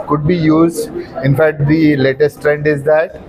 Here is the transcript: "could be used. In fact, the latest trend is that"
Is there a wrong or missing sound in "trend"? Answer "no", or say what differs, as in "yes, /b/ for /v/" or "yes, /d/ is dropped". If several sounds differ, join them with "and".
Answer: no